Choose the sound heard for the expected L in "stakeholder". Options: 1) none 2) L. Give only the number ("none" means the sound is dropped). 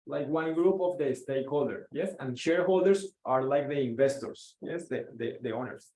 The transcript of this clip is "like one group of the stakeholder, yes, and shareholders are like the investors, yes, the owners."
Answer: 2